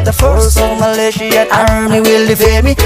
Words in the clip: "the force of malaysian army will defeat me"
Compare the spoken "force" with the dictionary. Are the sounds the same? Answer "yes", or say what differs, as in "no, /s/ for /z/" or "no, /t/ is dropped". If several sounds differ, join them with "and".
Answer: no, /l/ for /ɹ/